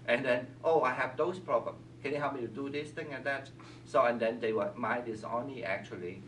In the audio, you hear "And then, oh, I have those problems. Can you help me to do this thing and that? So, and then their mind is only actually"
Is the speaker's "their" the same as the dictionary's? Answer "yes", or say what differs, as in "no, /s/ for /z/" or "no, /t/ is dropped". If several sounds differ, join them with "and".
no, /w/ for /ɹ/